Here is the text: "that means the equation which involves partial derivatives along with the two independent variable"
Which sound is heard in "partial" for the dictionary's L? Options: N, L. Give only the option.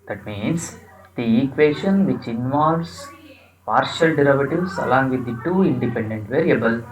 L